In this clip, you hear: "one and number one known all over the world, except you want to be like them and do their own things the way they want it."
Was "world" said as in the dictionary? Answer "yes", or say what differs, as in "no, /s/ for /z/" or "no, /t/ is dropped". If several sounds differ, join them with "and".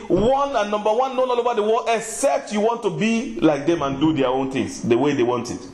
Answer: no, /d/ is dropped